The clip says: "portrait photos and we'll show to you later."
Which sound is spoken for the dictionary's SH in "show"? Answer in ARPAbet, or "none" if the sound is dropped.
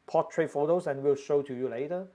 SH